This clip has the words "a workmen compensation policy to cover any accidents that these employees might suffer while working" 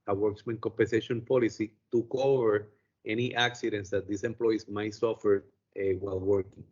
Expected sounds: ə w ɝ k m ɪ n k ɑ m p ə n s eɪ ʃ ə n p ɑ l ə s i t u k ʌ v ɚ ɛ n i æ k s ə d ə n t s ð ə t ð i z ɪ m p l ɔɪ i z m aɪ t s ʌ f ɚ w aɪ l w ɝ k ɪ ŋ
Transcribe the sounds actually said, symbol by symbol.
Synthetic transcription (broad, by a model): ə w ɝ k m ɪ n k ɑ m p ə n s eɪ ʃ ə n p ɑ l ə s i t u k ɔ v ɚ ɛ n i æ k s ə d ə n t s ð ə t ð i s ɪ m p l ɔɪ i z m aɪ t s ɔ f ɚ w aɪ l w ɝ k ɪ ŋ